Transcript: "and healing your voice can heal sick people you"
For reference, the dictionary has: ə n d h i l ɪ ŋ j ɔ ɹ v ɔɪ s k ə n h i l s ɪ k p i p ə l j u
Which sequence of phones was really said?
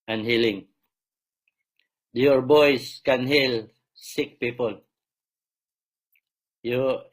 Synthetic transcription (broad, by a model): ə n h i l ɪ ŋ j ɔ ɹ b ɔɪ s k ə n h i l s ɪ k p i p ə l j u